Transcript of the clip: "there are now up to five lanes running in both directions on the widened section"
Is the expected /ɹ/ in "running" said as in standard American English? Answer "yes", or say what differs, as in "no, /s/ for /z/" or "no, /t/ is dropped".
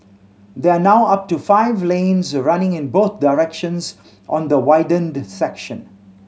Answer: yes